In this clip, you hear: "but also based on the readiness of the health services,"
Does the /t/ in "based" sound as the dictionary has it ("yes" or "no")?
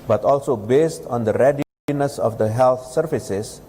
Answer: yes